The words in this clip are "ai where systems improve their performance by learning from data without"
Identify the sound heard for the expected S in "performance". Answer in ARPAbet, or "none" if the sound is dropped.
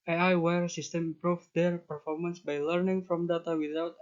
S